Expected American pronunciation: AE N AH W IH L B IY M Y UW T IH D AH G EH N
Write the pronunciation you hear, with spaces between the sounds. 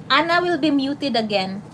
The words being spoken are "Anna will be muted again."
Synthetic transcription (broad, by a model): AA N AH W IH L B IY M Y UW T IH D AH G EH N